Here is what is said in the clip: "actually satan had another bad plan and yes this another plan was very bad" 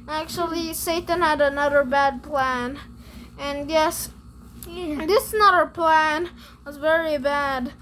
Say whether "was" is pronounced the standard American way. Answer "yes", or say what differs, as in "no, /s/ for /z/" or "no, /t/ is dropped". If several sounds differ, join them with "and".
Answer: yes